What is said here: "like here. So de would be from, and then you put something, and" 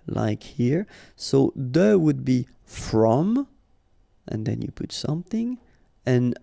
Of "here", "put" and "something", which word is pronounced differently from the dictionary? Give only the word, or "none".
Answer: none